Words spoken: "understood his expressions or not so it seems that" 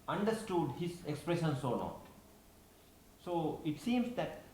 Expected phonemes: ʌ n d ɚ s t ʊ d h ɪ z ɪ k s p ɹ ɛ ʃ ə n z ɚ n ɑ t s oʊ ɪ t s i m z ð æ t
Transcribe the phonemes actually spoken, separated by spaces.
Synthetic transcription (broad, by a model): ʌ n d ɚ s t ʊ d h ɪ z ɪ k s p ɹ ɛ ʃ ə n s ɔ l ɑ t s oʊ ɪ t s i m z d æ t